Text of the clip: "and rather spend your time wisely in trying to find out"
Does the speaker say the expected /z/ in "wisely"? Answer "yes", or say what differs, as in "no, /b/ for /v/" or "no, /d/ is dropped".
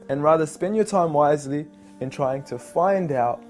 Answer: yes